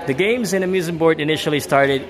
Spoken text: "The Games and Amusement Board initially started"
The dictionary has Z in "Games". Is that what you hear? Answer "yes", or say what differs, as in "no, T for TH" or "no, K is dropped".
yes